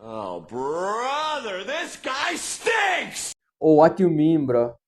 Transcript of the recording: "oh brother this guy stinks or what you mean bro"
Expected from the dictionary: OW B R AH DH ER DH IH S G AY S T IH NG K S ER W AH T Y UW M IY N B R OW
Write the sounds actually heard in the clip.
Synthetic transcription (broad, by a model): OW B R AH DH ER DH IH S G AY S T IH K S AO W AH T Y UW M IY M B R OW